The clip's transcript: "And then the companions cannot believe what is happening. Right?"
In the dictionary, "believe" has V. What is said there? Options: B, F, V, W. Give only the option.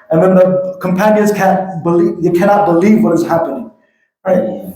V